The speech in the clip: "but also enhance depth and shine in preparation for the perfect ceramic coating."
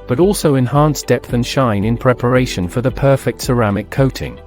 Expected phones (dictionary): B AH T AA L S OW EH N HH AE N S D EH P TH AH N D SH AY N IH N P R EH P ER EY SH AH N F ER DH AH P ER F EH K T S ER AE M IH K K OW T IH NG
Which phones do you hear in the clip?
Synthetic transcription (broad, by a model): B AH T AA L S OW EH N HH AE N S D EH P TH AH N SH AY N IH N P R EH P ER EY SH AH N F ER DH AH P ER F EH K T S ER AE M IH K K OW T IH NG